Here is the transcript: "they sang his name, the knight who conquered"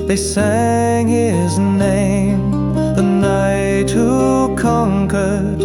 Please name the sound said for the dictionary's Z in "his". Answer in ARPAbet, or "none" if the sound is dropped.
Z